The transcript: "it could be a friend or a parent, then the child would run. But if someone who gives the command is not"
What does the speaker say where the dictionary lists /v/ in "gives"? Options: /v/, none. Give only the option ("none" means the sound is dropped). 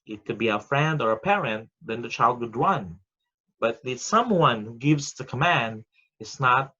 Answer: /v/